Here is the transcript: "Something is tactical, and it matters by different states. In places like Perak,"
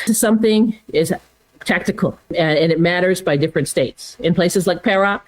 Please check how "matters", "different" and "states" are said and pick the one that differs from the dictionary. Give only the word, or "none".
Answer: none